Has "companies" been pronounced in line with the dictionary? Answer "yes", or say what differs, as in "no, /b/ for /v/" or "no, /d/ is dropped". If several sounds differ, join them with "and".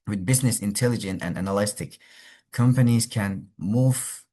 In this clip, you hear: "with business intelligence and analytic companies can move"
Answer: yes